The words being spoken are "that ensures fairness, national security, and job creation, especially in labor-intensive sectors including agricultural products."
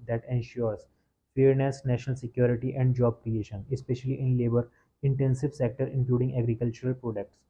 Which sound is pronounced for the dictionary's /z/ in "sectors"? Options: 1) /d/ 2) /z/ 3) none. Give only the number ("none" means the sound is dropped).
3